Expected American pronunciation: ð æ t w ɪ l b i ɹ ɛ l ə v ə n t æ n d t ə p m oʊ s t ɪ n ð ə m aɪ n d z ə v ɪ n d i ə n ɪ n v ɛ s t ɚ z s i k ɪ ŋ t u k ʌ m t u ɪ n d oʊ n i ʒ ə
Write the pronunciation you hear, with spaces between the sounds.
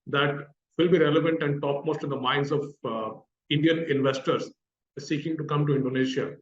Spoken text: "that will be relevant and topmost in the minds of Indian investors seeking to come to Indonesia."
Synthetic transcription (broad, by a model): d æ t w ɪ l b i ɹ ɛ l ə v ə n t æ n d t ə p m oʊ s t ɪ n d ə m aɪ n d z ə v ɪ n d i ə n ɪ n v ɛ s t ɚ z s i k ɪ ŋ t u k ʌ m t u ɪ n d oʊ n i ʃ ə